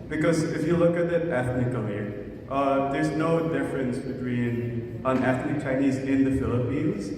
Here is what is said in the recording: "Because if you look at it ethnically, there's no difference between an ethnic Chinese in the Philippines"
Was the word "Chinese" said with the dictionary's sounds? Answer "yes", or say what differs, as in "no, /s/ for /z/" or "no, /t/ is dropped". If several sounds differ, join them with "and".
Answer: yes